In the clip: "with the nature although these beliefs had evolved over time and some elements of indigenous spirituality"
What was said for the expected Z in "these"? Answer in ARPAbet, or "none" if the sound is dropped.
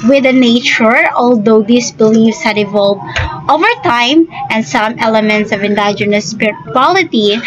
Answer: S